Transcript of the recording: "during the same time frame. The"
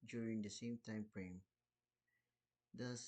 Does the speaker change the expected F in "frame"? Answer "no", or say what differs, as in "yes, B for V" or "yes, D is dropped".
yes, P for F